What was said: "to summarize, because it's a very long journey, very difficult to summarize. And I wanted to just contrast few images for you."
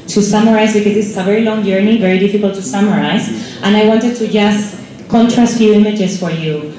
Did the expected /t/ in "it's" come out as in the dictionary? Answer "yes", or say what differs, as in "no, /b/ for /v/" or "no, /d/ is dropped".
no, /s/ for /t/